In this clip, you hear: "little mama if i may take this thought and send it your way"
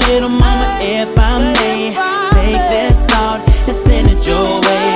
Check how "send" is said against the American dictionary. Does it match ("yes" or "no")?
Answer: no